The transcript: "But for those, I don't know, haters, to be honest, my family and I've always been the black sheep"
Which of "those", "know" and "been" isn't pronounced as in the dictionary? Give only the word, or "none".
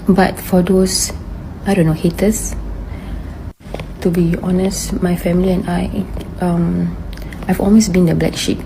those